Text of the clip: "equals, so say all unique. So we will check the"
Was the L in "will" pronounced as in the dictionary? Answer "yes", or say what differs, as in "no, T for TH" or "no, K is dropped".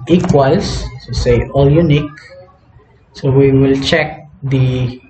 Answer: yes